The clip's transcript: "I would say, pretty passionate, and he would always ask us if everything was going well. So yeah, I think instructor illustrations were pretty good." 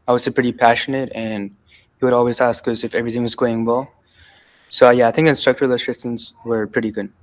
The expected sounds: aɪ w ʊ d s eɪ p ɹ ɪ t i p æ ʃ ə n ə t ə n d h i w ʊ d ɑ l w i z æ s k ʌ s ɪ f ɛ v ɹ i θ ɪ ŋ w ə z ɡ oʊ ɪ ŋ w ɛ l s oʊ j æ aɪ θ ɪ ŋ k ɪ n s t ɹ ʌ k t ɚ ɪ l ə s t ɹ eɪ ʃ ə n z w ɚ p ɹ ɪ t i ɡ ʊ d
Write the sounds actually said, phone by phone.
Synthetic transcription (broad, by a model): aɪ w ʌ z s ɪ p ɹ ɪ t i p æ ʃ ə n ə t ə n h i w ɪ d ɑ l w i z æ s k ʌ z ɪ f ɛ v ɹ i θ ɪ ŋ w ə z ɡ oʊ ɪ ŋ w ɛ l s oʊ j æ aɪ θ ɪ ŋ k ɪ n s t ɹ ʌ k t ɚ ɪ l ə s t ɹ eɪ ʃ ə n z w ɚ p ɹ ɪ t i ɡ ʊ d